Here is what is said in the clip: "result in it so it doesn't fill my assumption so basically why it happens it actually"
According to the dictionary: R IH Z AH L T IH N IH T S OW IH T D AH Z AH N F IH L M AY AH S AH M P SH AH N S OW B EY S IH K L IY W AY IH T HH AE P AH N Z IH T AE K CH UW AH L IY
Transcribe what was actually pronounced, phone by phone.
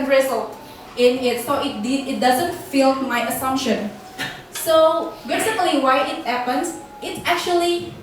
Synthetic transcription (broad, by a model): R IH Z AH L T IH N IH T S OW IH T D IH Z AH N F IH L M AY AH S AH M P SH AH N S OW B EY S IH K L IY W AY IH T HH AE P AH N S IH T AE K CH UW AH L IY